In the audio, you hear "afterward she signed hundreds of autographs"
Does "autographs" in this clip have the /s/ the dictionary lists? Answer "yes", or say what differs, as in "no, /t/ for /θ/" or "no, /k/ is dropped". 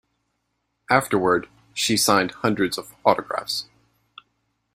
yes